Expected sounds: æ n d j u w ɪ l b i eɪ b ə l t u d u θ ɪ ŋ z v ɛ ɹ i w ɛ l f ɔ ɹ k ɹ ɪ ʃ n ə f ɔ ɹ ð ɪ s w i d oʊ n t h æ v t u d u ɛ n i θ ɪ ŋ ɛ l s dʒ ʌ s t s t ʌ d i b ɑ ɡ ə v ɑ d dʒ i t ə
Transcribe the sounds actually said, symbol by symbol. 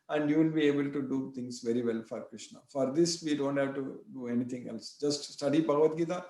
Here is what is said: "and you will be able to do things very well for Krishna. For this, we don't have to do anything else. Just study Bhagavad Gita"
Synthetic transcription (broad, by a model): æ n d j u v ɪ l b i eɪ b ə l t u d u t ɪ ŋ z v ɛ ɹ i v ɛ l f ɔ ɹ k ɹ ɪ ʃ n ə f ɔ ɹ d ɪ s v i d oʊ n t h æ v t u d u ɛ n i t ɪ ŋ ɛ l s dʒ ʌ s t s t ʌ d i b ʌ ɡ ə v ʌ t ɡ i t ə